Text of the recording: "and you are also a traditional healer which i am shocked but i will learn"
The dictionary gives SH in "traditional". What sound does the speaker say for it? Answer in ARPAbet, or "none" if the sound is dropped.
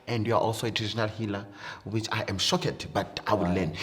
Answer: none